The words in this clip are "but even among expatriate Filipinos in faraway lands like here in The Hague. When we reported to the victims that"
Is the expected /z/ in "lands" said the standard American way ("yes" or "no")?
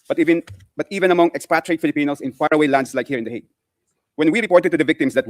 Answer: no